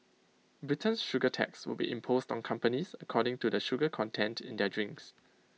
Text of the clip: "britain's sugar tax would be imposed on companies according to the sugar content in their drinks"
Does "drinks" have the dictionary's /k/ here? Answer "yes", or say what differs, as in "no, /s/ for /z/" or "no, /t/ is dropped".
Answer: yes